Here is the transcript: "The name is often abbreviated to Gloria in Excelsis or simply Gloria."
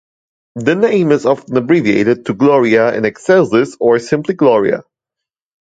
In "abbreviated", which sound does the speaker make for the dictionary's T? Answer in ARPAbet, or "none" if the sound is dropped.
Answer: T